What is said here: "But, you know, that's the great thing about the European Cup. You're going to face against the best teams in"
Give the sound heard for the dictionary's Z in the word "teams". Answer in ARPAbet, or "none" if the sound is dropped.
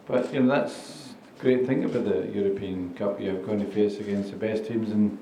Z